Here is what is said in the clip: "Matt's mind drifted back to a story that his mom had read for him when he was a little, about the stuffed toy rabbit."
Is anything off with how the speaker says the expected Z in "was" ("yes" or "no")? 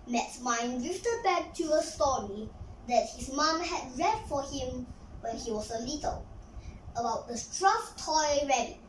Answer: yes